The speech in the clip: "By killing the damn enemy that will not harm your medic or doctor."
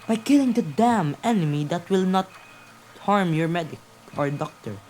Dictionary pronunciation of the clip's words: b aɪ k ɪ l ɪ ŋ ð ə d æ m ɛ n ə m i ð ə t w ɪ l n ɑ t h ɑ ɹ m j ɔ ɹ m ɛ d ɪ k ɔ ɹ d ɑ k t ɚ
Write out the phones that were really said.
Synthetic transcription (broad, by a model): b aɪ k ɪ l ɪ ŋ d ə d æ m ɛ n ə m i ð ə t w ɪ l n ɑ t h ɑ ɹ m j ɔ ɹ m ɛ d ɪ k ɔ ɹ d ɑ k t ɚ